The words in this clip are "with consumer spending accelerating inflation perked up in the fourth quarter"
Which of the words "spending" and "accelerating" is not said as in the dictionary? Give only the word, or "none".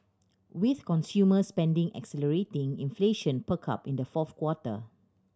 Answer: none